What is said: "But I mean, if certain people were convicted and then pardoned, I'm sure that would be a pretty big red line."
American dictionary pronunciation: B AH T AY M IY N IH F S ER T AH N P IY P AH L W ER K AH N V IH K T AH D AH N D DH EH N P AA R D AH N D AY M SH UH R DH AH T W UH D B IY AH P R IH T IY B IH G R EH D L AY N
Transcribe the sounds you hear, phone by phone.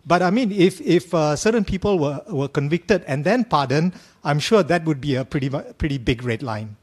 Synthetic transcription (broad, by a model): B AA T AY M IY N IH F S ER T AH N P IY P AH L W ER K AH N V IH K T AH D AH N D EH N P AA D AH N AY M SH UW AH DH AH T W UH D B IY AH P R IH T IY B IH G R EH D L AY N